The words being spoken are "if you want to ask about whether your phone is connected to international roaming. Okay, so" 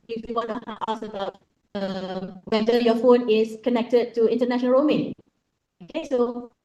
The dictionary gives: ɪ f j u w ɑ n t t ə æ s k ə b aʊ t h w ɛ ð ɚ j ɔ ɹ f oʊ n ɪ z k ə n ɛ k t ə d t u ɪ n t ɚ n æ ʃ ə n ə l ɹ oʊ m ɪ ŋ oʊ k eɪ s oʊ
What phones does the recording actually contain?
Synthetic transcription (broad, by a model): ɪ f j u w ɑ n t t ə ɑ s ə b aʊ t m w ɛ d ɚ j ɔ f oʊ n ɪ s k ə n ɛ k t ə d t u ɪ n t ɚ n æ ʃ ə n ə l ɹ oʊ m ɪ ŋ oʊ k eɪ s oʊ